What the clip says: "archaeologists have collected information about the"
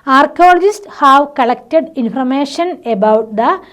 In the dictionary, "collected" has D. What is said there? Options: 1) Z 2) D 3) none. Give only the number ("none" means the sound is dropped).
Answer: 2